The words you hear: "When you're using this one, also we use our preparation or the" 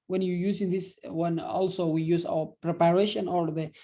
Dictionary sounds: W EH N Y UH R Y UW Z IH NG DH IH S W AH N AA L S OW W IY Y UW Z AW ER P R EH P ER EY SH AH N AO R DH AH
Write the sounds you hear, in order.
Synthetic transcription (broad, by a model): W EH N Y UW Y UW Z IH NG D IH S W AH N AA L S OW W IY Y UW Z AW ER P R EH P ER EY SH AH N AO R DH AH